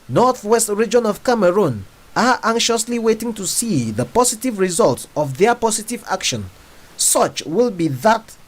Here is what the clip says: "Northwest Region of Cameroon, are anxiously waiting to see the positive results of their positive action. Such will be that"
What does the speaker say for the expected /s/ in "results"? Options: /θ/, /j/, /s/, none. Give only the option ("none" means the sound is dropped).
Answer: /s/